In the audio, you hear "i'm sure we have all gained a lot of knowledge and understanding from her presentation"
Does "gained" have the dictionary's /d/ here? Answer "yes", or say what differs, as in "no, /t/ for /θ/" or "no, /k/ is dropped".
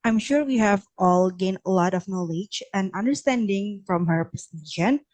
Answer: no, /d/ is dropped